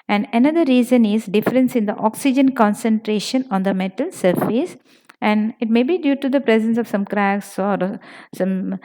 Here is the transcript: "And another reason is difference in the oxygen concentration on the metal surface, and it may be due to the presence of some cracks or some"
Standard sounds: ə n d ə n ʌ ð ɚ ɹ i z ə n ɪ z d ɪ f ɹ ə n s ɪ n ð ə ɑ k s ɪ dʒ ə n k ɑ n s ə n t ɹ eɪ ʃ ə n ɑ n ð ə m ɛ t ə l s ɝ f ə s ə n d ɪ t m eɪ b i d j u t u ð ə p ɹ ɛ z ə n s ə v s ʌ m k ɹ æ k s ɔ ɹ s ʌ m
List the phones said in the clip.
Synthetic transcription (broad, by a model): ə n d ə n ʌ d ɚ ɹ i z ə n ɪ z d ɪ f ɹ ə n s ɪ n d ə ɑ k s ɪ dʒ ə n k ɑ n s ə n t ɹ eɪ ʃ ə n ɑ n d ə m ɛ t ə l s ɝ f ə s ə n d ɪ t m eɪ b i d j u t u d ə p ɹ ɛ z ə n s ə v s ʌ m k ɹ æ k s ɔ ɹ s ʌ m